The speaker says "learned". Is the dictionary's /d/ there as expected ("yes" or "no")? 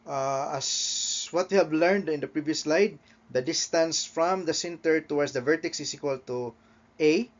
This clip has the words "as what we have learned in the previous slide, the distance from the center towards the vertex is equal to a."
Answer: yes